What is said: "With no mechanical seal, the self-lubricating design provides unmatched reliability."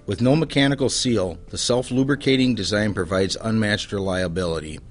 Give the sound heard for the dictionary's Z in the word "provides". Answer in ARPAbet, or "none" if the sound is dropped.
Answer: Z